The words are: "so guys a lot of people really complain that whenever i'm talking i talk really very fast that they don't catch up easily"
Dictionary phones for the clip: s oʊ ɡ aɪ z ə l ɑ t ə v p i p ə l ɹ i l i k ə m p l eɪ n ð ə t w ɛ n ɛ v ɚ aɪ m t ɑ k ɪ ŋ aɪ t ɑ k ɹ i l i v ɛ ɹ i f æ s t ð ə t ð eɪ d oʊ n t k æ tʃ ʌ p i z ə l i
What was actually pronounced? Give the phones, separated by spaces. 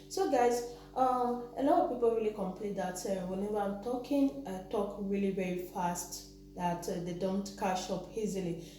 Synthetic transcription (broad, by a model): s oʊ ɡ aɪ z ə l ɑ t ə v p i p ə l ɹ i l i k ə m p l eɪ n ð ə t w ɛ n ɛ v ɚ aɪ m t ɑ k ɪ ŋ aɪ t ɑ k ɹ i l i v ɛ ɹ i f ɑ s t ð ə t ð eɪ d oʊ n t k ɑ ʃ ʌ p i z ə l i